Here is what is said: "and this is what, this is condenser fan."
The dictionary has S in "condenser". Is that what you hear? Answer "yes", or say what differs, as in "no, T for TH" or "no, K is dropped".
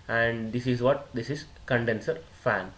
yes